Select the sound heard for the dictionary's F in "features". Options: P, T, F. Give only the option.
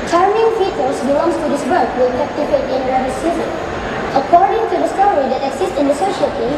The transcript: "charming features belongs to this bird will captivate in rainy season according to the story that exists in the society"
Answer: P